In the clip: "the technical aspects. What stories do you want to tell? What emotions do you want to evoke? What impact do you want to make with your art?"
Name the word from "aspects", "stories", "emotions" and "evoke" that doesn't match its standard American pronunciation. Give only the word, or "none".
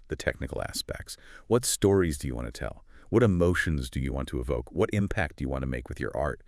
none